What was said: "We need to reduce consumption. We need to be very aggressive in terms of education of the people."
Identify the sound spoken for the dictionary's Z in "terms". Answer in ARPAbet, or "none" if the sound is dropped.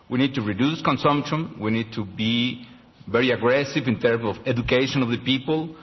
S